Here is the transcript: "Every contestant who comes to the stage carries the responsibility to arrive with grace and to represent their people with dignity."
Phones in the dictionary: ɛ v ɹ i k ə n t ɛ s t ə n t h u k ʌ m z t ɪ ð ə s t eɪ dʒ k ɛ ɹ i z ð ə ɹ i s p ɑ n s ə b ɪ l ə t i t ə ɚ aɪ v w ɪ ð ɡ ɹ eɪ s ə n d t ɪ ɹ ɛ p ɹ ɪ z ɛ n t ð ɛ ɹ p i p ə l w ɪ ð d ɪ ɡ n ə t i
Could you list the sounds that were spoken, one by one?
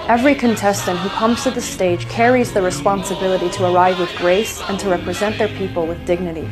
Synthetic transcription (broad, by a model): ɛ v ɹ i k ə n t ɛ s t ə n t h u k ʌ m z t ɪ ð ə s t eɪ dʒ k ɛ ɹ i z ð ə ɹ i s p ɑ n s ə b ɪ l ə t i t ə ɚ aɪ v w ɪ ð ɡ ɹ eɪ s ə n t ɪ ɹ ɛ p ɹ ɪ z ɛ n ð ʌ ɹ p i p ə l w ɪ ð d ɪ ɡ n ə t i